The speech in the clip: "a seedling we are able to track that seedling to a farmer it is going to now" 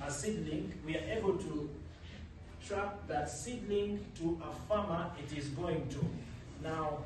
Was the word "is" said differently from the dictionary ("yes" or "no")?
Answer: no